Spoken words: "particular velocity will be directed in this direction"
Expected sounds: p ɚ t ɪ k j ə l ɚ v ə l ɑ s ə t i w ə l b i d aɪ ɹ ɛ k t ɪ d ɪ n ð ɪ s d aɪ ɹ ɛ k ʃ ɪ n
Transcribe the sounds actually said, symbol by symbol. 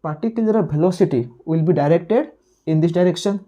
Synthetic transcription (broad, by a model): p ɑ t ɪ k j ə l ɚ p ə l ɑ s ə t i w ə l b i d aɪ ɹ ɛ k t ɪ d ɪ n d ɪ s d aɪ ɹ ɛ k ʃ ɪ n